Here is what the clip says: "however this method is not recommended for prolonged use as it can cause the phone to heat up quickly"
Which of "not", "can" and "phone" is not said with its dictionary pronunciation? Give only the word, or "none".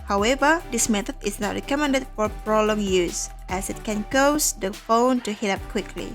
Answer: none